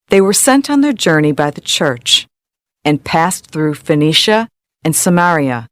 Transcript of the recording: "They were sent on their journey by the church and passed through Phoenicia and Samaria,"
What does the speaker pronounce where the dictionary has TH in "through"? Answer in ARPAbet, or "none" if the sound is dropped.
TH